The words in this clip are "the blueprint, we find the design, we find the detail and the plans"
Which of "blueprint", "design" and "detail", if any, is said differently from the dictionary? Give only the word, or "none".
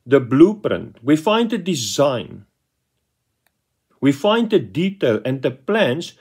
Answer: none